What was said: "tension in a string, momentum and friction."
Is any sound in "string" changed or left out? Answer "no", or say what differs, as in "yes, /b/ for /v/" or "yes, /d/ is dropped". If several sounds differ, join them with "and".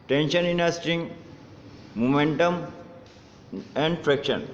yes, /ɹ/ is dropped